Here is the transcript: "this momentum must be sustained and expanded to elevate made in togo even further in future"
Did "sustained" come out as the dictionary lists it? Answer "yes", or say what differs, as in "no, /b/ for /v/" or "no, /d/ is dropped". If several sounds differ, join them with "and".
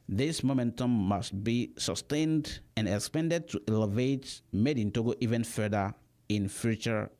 yes